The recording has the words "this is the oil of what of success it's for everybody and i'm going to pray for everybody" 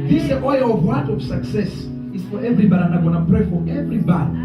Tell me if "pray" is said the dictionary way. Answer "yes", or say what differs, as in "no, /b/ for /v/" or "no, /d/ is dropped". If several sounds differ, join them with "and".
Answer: yes